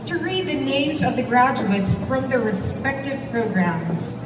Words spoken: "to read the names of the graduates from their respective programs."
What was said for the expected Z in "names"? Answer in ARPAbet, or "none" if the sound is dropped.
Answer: Z